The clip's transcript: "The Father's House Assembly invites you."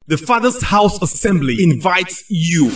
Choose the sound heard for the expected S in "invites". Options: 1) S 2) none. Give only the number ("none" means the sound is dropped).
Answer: 1